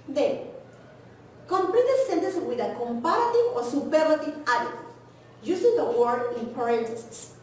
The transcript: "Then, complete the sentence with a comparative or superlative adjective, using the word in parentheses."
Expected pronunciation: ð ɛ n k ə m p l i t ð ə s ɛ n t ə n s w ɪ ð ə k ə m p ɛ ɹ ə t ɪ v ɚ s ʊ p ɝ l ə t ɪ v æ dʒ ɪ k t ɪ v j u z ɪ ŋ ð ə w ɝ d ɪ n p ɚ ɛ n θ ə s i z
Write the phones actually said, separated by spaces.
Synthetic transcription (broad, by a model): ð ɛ k ə m p l i t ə s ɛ n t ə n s w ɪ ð ə k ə m p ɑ ɹ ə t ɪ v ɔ s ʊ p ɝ l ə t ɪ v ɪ t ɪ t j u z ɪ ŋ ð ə w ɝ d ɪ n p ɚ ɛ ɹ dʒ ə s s